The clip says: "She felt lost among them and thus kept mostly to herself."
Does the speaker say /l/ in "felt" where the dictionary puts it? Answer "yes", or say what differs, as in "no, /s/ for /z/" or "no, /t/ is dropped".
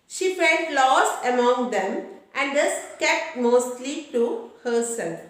no, /n/ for /l/